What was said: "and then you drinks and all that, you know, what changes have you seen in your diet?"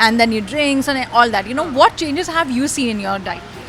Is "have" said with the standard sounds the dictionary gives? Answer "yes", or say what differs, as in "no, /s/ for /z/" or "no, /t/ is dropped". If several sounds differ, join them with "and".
yes